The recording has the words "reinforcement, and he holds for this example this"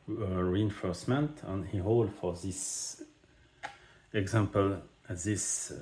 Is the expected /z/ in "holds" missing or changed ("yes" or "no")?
yes